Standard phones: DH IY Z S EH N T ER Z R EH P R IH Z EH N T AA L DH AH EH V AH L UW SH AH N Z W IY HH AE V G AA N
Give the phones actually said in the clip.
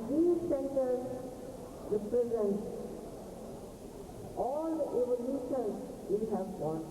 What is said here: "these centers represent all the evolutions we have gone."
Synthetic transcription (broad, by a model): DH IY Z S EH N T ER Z R EH P R IH Z EH N T AA L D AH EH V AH L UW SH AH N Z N HH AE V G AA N